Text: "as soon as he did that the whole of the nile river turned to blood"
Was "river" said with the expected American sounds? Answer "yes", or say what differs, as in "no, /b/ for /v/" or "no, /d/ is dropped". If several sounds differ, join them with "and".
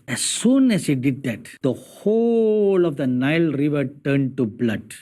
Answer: yes